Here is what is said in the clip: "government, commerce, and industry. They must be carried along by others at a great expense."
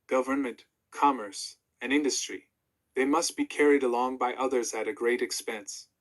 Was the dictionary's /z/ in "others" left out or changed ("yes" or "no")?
no